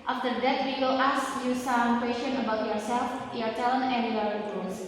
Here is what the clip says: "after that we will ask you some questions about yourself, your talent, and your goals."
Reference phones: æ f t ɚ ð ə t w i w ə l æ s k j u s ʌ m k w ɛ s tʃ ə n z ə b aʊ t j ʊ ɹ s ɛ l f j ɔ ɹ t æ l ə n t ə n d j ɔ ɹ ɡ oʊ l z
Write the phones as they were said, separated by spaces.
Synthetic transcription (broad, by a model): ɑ f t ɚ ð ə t w i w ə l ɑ s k j u s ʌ m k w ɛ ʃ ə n ə b aʊ t j ʊ ɹ s ɛ l f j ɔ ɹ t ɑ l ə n ə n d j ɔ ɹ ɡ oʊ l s